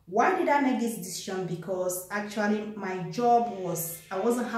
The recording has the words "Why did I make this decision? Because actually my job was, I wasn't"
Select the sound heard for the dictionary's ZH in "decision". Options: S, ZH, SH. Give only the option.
SH